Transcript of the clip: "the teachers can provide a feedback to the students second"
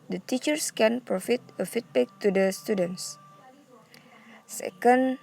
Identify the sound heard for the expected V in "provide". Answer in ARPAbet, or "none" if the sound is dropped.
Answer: F